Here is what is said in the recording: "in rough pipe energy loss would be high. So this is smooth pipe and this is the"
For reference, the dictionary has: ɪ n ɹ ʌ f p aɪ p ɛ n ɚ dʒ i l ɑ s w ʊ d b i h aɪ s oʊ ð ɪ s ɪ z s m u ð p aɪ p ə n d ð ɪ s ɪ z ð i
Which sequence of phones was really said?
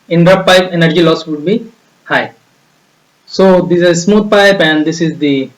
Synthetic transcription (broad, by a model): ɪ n ɹ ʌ p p aɪ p ɛ n ɚ dʒ i l ɑ s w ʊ d b i h aɪ s oʊ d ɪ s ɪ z s m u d p aɪ p ə n d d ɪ s ɪ z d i